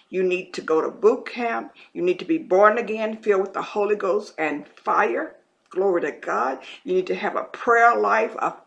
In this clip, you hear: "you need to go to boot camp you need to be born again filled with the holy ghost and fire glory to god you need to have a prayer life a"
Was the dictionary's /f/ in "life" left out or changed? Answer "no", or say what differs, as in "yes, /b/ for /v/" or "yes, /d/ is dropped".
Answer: no